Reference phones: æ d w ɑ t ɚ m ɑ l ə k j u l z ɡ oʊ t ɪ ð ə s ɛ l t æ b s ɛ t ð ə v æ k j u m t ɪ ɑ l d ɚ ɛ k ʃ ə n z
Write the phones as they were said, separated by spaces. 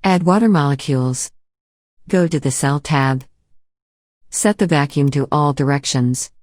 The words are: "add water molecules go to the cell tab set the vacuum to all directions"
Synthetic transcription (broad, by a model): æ d w ɑ t ɚ m ɑ l ə k j u l z ɡ oʊ t ɪ ð ə s ɛ l t æ b s ɛ t ð ə v æ k j u m t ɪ ɑ l d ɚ ɛ k ʃ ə n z